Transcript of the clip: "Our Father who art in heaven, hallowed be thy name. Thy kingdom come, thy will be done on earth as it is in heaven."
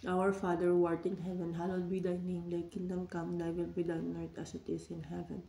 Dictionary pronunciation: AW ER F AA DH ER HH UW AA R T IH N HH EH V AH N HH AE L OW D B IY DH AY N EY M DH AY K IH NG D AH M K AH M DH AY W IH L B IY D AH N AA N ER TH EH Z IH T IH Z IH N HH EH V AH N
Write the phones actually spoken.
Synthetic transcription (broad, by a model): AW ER F AA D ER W AA R T IH N HH EH V AH N HH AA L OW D B IY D AY N EY M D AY K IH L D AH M K AH M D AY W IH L B IY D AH IH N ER T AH S IH T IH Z IH N HH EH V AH N